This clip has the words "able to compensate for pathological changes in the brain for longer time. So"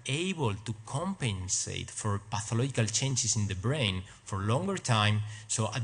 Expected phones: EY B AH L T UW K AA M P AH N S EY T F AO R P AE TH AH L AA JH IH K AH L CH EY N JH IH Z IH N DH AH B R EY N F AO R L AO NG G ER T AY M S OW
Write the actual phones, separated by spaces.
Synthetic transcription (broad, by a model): EY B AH L T UW K AA M P AH N S EY T F AO R P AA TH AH L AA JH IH K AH L CH EY N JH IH S IH N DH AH B R EY N F AO R L AO NG G ER T AY M S OW